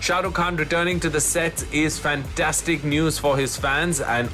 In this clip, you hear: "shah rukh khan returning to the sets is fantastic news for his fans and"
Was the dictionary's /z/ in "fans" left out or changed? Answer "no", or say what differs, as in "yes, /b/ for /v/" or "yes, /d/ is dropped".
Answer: no